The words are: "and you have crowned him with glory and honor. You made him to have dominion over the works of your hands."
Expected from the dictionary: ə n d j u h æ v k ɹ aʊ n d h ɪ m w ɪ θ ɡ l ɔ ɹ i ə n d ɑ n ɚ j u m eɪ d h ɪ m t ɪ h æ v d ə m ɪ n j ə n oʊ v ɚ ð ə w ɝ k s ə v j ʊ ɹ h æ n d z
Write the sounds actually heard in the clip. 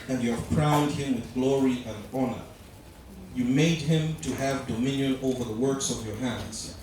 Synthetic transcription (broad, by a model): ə n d j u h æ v k ɹ aʊ n d h ɪ m w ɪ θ ɡ l ɔ ɹ i ə n d ɑ n ɚ j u m eɪ d h ɪ m t ɪ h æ v d ə m ɪ n j ə n oʊ v ɚ ð ə w ɝ k s ə v j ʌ ɹ h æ n d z